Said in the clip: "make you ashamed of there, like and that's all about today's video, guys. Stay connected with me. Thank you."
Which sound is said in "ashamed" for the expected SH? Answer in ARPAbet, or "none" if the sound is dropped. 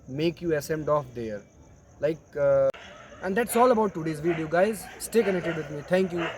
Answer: S